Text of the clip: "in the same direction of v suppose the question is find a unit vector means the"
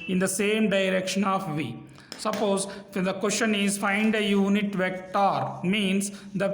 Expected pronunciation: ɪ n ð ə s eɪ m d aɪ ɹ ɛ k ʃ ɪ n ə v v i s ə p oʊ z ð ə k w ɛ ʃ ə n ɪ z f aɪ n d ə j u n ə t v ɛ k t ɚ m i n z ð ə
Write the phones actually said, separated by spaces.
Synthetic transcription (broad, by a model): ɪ n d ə s eɪ m d aɪ ɹ ɛ k ʃ ɪ n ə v v i s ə p oʊ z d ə k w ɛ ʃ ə n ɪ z f aɪ n d ə j u n ə t v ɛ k t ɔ m i n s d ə